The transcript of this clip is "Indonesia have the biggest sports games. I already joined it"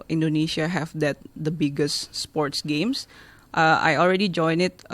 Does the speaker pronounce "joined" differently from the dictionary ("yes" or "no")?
yes